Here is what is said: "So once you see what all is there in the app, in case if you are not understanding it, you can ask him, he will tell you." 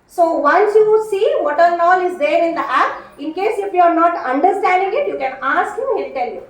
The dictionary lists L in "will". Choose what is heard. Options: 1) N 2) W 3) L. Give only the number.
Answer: 1